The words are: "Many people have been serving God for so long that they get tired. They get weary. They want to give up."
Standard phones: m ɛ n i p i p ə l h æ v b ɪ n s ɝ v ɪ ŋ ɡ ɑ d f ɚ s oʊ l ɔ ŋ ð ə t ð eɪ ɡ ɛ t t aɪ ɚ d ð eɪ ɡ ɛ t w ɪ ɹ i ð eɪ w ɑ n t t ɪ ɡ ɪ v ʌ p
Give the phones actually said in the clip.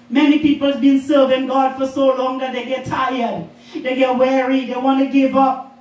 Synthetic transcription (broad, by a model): m ɛ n i p i p ə l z b ɪ n s ɝ v ɪ ŋ ɡ ɑ d f ɚ s oʊ l ɔ ŋ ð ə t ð eɪ ɡ ɛ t t aɪ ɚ d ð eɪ ɡ ɛ t w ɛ ɹ i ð eɪ w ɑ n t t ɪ ɡ ɪ v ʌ p